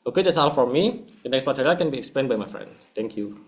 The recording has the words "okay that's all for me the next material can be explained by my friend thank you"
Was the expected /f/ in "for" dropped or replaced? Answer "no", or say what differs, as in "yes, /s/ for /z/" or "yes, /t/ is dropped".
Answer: no